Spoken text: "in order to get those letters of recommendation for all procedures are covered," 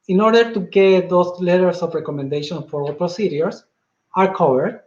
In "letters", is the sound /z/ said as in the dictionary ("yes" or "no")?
no